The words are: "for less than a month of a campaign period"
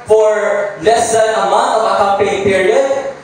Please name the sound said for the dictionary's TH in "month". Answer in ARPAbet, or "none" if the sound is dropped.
T